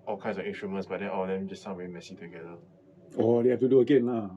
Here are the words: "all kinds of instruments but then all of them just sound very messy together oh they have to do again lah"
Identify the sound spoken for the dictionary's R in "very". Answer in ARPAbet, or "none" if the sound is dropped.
none